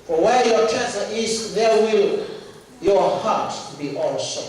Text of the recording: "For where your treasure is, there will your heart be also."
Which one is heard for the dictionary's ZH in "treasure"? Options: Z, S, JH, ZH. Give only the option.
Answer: S